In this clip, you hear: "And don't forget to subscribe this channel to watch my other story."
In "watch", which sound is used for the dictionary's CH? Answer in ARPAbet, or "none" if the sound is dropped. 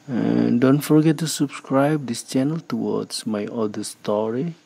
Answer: S